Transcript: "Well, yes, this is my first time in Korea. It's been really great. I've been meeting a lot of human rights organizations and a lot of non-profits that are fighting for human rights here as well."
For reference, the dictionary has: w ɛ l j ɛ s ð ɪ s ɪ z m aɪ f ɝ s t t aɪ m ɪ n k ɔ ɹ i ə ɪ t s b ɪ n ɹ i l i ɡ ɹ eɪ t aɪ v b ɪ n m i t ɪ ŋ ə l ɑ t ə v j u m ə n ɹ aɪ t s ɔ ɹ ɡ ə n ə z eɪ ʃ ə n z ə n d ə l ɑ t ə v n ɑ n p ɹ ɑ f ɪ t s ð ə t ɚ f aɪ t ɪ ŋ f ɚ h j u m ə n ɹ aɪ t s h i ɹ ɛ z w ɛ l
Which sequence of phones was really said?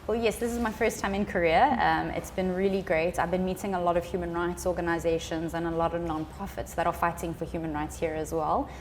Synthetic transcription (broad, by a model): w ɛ l j ɛ s ð ɪ s ɪ z m aɪ f ɝ s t t aɪ m ɪ n k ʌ ɹ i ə ɪ t s b ɪ n ɹ i l i ɡ ɹ eɪ t aɪ v b ɪ n m i t ɪ ŋ ə l ɑ t ə v j u m ə n ɹ aɪ t s ɔ ɡ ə n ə z eɪ ʃ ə n z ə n ə l ɑ t ə v n ɑ n p ɹ ɑ f ɪ t s ð ə t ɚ f aɪ t ɪ ŋ f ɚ h j u m ə n ɹ aɪ t s h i ɹ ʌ z w ɛ l